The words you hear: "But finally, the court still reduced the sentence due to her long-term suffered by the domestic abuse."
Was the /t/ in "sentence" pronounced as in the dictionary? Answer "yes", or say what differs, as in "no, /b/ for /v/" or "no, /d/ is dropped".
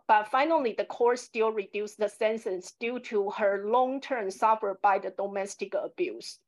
no, /s/ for /t/